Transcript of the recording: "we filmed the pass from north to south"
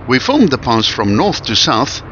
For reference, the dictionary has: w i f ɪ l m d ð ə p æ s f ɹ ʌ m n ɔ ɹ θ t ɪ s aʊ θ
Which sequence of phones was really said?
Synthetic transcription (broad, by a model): w i f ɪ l m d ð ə p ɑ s f ɹ ʌ m n ɔ ɹ θ t ɪ s aʊ θ